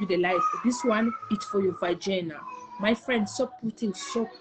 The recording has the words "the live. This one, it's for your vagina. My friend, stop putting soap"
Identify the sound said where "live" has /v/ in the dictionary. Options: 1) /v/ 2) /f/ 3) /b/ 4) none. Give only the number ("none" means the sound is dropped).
2